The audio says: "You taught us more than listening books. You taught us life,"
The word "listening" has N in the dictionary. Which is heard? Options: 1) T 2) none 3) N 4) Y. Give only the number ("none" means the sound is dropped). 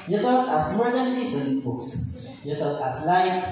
2